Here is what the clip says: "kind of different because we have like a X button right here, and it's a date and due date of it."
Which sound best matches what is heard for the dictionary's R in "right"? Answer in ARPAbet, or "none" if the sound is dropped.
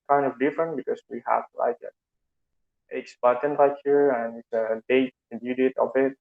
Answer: L